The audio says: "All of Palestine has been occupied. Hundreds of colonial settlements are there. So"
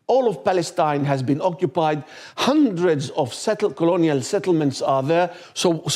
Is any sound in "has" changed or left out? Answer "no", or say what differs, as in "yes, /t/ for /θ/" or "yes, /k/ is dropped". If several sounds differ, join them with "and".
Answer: no